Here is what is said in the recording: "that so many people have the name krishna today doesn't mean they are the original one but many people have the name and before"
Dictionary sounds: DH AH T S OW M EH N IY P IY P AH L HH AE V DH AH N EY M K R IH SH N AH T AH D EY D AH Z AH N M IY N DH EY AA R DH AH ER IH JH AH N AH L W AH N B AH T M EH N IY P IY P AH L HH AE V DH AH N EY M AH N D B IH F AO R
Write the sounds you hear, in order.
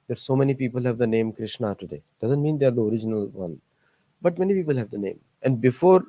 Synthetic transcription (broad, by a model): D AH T S OW M EH N IY P IY P AH L HH AE V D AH N EY M K R IH SH N AH T AH D EY D AH Z AH N M IY N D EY AA R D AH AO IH JH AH N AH L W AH N B AH T M EH N IY P IY P AH L HH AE V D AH N EY M AH N D B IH F AO R